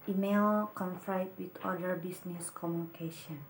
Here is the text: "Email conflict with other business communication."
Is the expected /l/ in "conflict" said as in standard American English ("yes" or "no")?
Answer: no